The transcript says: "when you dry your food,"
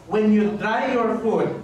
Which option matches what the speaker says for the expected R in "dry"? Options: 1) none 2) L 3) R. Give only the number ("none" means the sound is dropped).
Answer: 1